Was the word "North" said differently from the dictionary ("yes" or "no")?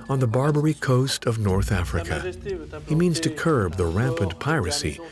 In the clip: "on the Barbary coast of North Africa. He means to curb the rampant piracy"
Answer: no